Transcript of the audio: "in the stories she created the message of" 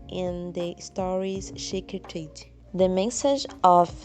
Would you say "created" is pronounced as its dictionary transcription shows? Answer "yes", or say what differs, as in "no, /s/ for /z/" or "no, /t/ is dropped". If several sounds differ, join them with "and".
no, /ɹ/ is dropped